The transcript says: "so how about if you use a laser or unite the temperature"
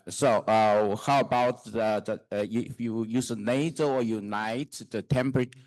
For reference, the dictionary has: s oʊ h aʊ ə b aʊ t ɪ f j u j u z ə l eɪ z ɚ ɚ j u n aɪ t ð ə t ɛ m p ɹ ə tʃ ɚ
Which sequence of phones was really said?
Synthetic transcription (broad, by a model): s oʊ h aʊ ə b aʊ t ɪ f j u j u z ə n eɪ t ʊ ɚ j u n aɪ t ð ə t ɛ m p ɹ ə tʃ